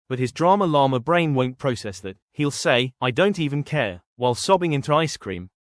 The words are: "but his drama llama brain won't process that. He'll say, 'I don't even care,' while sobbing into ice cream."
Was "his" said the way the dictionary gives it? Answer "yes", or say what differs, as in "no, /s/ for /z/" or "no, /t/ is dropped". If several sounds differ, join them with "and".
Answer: yes